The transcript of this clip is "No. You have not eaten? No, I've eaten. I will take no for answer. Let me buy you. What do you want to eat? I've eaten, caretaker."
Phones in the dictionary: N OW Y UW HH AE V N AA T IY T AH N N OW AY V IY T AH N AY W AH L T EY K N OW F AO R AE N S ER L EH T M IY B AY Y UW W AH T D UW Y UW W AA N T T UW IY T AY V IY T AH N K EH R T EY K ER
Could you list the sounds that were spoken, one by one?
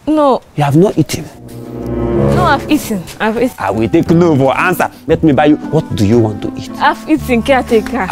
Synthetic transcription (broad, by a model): N OW Y UW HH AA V N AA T IY T AH N N OW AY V IY T AH N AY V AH W T EY K N OW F AO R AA N S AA L EH T M IY B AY Y UW W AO T D UW Y UW W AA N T T UW IY T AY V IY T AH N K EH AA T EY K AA